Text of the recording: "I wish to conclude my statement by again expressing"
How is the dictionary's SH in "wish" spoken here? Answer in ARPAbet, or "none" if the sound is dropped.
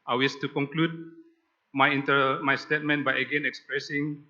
S